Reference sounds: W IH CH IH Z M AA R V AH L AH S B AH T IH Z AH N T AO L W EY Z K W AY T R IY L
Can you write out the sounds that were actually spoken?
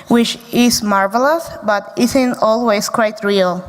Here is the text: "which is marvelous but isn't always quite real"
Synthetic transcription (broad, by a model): W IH CH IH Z M AA R V AH L AH S B AH T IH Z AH N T AO L W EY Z K W AY T R IY L